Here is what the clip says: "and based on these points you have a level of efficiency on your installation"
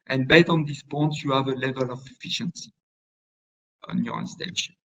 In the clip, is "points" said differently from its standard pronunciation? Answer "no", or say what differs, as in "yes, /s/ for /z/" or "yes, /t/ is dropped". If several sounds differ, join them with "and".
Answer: yes, /s/ is dropped